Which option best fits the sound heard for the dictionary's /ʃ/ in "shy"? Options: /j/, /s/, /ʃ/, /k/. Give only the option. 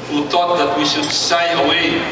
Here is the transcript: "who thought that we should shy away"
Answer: /s/